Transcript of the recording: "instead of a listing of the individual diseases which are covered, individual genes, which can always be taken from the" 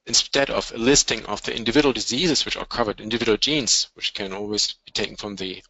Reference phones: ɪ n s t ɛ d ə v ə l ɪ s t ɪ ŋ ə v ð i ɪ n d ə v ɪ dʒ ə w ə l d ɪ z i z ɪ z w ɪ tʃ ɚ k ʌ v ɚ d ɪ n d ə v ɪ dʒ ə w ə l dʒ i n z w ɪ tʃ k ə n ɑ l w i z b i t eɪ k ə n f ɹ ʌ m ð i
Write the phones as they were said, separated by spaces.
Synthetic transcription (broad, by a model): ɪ n s t ɛ d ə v ə l ɪ s t ɪ ŋ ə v ð i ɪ n d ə v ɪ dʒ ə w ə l d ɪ z i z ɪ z w ɪ tʃ ɚ k ʌ v ɚ d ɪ n d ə v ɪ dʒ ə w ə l dʒ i n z w ɪ tʃ k ə n ɑ l w i z b i t eɪ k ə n f ɹ ʌ m ð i